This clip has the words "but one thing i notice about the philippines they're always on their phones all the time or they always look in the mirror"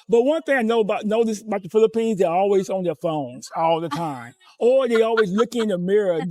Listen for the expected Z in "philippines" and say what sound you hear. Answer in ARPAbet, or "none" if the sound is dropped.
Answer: Z